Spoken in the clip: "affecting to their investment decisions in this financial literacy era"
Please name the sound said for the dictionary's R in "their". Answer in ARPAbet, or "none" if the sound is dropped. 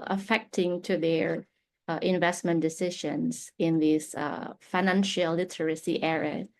R